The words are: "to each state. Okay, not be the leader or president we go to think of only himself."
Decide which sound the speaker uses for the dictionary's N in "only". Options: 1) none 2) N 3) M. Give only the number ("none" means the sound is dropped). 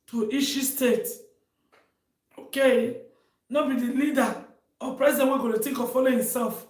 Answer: 1